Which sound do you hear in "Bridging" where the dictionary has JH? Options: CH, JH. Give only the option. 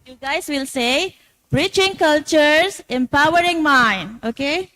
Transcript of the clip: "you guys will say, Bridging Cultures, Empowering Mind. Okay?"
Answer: CH